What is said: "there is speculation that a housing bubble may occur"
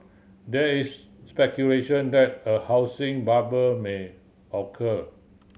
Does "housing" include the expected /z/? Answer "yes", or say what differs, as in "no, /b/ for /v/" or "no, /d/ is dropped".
no, /s/ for /z/